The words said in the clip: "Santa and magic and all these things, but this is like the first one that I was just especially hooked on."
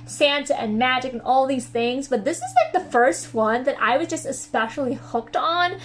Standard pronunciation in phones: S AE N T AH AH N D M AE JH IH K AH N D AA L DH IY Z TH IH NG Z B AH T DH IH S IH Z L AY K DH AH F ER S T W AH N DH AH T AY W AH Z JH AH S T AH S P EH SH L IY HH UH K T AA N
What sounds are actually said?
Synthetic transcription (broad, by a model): S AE N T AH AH N M AE JH IH K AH N AA L DH IY Z TH IH NG Z B AH T DH IH S IH Z L AY K DH AH F ER S T W AH N DH AH T AY W AH Z JH AH S T AH S P EH SH L IY HH UH K T N